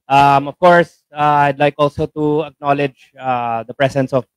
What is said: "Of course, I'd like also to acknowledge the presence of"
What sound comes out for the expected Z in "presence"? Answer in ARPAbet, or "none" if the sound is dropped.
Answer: S